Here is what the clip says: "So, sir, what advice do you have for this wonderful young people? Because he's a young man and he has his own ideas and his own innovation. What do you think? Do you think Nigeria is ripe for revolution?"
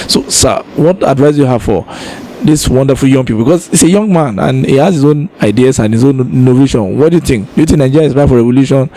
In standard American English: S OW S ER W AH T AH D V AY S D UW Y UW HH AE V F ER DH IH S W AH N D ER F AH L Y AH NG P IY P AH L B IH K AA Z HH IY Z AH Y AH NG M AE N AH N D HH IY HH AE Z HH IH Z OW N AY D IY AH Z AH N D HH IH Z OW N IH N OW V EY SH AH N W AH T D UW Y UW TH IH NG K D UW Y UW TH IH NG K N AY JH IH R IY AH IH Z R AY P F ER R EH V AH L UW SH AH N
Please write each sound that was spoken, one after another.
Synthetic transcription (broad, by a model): S OW S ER W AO T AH D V AY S Y UW HH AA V F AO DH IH S W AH N D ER F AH L Y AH NG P IY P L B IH K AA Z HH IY S AH Y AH NG M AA N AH N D HH IY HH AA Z HH IH Z OW N AY D IY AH S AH N HH IH Z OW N N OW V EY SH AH N W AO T D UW Y UW TH IH NG K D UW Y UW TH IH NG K N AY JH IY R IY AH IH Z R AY F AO R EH V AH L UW SH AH N